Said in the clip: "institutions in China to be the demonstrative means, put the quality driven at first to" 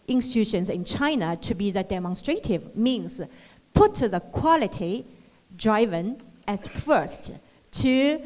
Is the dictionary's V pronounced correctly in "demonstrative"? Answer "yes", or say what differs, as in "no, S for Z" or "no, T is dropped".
yes